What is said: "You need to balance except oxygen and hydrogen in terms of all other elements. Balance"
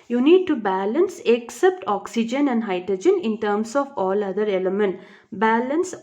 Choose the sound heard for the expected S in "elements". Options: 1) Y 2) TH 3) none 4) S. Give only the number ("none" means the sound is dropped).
3